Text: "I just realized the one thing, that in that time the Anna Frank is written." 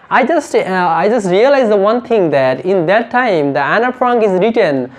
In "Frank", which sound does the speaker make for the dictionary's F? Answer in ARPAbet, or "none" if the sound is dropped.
P